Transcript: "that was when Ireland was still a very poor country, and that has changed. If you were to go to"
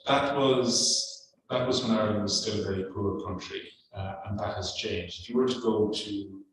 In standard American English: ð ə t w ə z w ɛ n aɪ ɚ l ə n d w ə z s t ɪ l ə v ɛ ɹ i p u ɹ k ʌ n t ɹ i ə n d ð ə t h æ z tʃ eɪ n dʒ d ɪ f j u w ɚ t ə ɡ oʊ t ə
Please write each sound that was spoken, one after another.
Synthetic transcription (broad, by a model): ð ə t w ə z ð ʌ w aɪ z w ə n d w ə z s t ɪ l v ɛ ɹ i p u ɹ k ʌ n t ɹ i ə n ð ə t h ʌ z tʃ eɪ n dʒ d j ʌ w ɚ t ə ɡ oʊ t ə